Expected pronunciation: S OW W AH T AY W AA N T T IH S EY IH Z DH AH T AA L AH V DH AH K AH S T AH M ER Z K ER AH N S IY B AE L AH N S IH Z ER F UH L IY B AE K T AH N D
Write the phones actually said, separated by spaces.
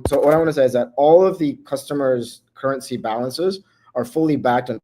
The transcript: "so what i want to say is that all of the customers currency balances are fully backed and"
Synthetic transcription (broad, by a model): S OW W AH T AY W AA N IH S EY IH Z DH AH T AA L AH V DH AH K AH S T AH M ER Z K ER AH N S IY B AE L AH N S IH Z ER F UH L IY B AE K T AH N